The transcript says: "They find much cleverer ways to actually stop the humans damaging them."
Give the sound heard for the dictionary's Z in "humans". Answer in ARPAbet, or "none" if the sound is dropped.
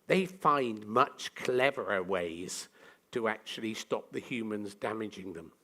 Z